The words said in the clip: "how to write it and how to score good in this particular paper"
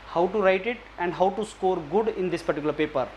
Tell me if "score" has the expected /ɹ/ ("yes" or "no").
yes